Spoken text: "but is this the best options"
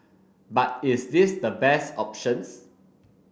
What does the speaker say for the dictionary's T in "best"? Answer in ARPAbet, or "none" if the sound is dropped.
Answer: T